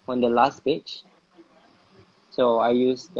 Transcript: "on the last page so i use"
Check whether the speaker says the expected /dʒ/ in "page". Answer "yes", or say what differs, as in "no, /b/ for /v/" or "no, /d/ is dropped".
no, /tʃ/ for /dʒ/